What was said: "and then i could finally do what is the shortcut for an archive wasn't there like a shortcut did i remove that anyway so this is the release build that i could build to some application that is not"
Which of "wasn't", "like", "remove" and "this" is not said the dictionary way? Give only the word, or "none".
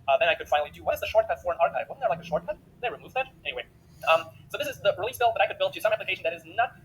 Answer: wasn't